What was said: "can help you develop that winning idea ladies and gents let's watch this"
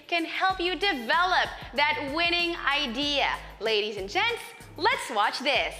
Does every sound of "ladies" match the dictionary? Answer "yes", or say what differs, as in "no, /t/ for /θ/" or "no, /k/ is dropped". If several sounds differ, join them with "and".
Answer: yes